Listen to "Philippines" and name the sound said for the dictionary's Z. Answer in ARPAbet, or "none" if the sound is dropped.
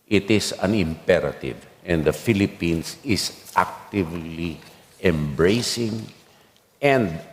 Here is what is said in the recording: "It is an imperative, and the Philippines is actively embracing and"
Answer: S